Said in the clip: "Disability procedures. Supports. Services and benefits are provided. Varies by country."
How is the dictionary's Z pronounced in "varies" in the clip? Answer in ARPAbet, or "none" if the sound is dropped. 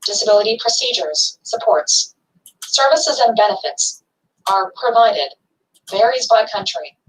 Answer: Z